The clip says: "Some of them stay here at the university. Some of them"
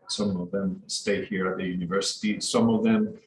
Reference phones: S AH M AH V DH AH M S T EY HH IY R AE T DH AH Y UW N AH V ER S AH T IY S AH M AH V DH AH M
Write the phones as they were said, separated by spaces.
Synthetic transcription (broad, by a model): S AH M AH V DH AH M S T EY HH IY R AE T DH AH Y UW N AH V ER S AH T IY S AH M AH V DH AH M